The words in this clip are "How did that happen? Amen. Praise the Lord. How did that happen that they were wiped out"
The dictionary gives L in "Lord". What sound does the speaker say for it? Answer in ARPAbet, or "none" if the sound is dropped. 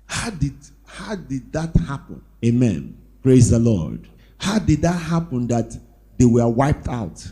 L